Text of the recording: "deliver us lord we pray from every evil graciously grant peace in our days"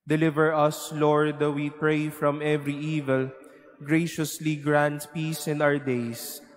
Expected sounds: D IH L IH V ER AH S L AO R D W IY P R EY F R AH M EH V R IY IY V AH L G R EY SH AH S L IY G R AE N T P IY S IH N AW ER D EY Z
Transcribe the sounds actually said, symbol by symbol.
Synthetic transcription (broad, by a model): D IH L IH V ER AH S L AO R D W IY P R EY F R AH M EH V R IY IY V AH L G R EY SH AH S L IY G R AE N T P IY S IH N AW ER D EY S